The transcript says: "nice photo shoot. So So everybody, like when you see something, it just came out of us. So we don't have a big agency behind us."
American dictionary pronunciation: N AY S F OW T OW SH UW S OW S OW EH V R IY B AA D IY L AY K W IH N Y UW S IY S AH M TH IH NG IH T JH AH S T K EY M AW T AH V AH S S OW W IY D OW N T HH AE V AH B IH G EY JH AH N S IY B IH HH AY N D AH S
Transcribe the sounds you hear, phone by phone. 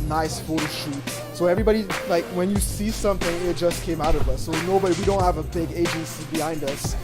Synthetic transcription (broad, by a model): N AY S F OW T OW SH UW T S OW EH V R IY B AA D IY L AY K W IH N Y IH S IY S AH M TH IH NG IH T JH AH S K EY M AW T AH V AH S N OW W IY D OW N T HH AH V AH B IH G EY JH AH N S IY B IH HH AY N D AH S